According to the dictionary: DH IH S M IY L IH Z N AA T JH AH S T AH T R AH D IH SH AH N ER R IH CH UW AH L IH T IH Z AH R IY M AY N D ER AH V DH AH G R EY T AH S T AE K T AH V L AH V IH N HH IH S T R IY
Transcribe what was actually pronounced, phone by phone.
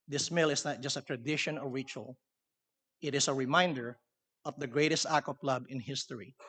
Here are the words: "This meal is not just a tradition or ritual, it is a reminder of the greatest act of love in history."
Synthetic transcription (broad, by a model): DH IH S M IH L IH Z N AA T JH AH S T AH T R AH D IH SH AH N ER R IH CH UW AH L IH T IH S AH R IY M AY N D ER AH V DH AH G R EY T AH S T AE K AH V L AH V IH N HH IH S T R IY